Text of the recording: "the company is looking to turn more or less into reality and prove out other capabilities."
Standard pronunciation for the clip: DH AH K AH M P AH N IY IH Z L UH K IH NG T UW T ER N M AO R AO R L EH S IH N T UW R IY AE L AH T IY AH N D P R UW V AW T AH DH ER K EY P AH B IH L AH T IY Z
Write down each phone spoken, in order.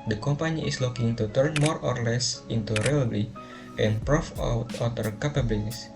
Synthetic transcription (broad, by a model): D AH K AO M P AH N IY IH S L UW K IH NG T UW T ER N M AO R AO R L EH S IH N T UW R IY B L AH T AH N P R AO F AW T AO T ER K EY P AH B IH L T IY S